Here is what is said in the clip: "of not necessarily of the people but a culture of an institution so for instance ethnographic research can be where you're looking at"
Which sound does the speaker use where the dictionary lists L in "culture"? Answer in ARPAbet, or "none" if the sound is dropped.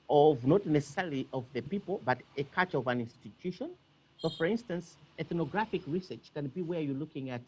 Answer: none